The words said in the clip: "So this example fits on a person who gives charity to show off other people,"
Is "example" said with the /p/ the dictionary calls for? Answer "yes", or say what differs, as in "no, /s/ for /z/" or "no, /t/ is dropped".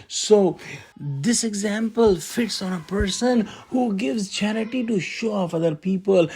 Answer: yes